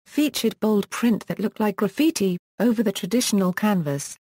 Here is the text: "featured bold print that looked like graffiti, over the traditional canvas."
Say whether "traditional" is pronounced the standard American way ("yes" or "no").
yes